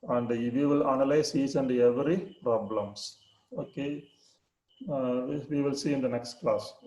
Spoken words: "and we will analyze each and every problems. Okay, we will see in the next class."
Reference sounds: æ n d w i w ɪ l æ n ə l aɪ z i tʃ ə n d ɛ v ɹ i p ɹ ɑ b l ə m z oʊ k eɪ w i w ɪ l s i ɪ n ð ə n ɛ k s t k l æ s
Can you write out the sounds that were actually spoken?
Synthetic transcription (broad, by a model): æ n d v i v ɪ l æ n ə l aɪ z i s ə n d ɛ v ɹ i p ɹ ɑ b l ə m s oʊ k eɪ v i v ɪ l s i ɪ n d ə n ɛ k s t k l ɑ s